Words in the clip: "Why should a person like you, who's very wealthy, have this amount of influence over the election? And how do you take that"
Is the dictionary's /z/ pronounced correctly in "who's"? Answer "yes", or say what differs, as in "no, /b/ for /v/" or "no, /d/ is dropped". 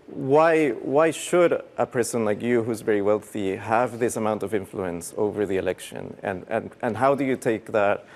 yes